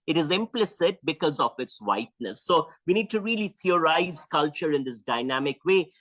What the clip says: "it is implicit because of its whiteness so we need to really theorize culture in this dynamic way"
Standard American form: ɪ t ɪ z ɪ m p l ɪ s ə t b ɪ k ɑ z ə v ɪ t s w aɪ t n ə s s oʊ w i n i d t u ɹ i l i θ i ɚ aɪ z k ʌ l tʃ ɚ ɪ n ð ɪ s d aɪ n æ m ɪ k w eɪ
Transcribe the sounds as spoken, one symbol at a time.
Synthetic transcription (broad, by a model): ɪ t ɪ z ɪ m p l ɪ s ə t b ɪ k ɑ z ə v ɪ t s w aɪ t n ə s s oʊ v i n i d t u ɹ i l i t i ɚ aɪ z k ʌ l tʃ ɚ ɪ n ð ɪ s d aɪ n æ m ɪ k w eɪ